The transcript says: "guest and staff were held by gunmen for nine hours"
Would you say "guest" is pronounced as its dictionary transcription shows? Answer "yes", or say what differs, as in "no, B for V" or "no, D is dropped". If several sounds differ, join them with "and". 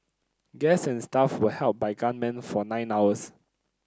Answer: no, T is dropped